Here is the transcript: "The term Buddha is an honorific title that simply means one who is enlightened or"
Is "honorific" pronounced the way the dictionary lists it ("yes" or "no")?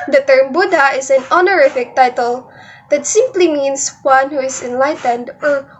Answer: yes